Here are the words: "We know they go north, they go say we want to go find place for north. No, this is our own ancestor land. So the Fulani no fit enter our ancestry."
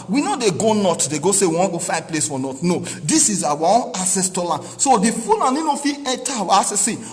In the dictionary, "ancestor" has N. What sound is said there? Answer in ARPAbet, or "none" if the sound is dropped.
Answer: none